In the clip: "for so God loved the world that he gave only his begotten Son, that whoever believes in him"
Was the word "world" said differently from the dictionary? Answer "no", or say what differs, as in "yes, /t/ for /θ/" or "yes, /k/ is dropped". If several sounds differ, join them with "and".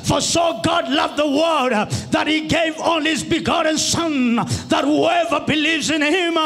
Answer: yes, /l/ is dropped